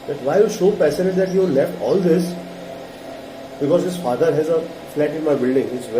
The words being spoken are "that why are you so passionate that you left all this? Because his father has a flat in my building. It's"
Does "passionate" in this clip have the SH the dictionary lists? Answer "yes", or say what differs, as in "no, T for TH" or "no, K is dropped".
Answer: no, S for SH